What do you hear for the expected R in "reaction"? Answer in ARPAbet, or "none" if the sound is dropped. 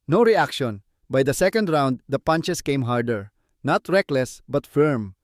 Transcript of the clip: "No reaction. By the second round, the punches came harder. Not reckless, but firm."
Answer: R